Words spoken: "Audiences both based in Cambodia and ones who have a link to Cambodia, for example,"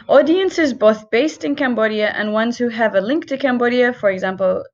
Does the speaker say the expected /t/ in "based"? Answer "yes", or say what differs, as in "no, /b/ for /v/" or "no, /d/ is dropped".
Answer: yes